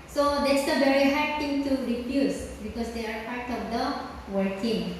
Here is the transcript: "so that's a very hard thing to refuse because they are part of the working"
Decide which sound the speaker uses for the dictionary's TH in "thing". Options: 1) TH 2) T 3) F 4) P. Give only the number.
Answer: 2